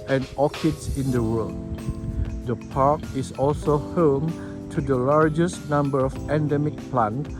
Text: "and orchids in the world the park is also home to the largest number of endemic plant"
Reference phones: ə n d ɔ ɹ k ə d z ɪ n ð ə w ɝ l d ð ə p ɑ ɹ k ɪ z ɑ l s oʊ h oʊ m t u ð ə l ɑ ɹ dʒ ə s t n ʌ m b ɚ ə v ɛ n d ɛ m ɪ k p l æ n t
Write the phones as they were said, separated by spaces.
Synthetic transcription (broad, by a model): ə n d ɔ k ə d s ɪ n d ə w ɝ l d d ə p ɑ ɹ k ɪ s ɑ l s oʊ h oʊ m t u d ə l ɑ ɹ dʒ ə s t n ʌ m b ɚ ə p ɛ n d ɛ m ɪ k p l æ n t